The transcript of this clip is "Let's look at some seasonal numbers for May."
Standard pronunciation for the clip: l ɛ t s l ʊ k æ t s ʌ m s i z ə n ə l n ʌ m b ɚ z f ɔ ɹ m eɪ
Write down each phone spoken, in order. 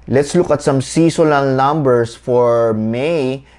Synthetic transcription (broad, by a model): l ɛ t s l ʊ k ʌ t s ʌ m s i s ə l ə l n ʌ m b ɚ s f ɔ ɹ m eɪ